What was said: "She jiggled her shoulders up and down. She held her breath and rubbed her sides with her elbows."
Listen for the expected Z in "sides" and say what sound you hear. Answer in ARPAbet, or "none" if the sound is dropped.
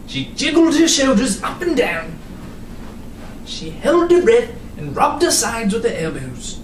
Z